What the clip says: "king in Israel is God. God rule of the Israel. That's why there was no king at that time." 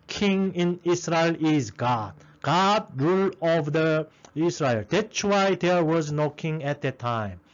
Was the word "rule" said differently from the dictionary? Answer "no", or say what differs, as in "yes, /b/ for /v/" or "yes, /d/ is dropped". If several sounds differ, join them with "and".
no